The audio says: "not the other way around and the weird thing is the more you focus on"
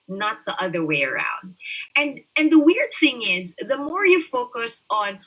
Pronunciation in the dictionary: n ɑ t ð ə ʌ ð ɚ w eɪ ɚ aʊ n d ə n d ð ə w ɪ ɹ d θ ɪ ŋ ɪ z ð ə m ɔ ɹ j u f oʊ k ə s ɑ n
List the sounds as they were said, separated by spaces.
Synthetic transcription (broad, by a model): n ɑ t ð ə ʌ ð ɚ w eɪ ɚ aʊ n d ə n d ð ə w ɪ ɹ d θ ɪ ŋ ɪ z ð ə m ɔ ɹ j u f oʊ k ə s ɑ n